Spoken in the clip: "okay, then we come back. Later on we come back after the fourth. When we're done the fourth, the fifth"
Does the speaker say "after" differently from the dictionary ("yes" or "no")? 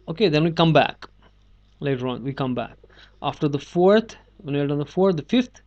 no